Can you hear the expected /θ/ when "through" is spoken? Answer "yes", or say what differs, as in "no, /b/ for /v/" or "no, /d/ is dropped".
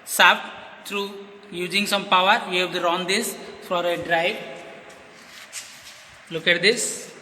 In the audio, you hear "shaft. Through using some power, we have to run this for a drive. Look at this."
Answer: no, /t/ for /θ/